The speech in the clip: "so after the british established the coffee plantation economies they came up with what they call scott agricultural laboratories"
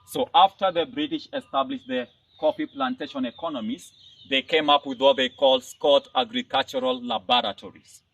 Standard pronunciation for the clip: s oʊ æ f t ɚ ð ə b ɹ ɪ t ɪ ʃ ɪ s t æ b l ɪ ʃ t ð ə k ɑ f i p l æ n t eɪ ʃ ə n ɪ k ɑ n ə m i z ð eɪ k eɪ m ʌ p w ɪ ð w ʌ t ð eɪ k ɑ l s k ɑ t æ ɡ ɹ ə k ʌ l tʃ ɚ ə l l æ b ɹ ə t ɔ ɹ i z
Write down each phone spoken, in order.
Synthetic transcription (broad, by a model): s oʊ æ f t ɚ ð ə b ɹ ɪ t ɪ ʃ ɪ s t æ b l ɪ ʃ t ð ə k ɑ p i p l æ n t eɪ ʃ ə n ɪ k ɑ n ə m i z ð eɪ k eɪ m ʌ p w ɪ ð w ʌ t ð eɪ k ɑ l s k ɑ t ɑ ɡ ɹ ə k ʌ l tʃ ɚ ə l l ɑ b ɹ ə t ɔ ɹ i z